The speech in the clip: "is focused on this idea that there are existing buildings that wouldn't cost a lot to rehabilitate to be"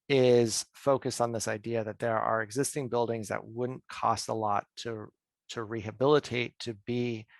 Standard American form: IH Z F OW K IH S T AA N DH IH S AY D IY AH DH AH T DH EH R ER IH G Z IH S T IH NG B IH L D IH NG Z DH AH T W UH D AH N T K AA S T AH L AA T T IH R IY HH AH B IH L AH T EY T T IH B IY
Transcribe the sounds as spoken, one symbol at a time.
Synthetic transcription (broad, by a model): IH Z F OW K IH S T N DH IH S AY D IY AH DH AH T DH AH R ER IH G Z IH S T IH NG B IH L D IH NG Z DH AH T W UH D N K AA S T AH L AA T T IH R IY HH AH B IH L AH T EY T T IH B IY